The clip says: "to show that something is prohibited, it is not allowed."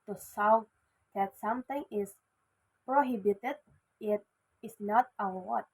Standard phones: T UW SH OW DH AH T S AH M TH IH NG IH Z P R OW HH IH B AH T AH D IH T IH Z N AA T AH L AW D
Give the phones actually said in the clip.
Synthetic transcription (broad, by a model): T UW S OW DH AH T S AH M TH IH NG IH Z P R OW HH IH B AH T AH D IH T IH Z N AA T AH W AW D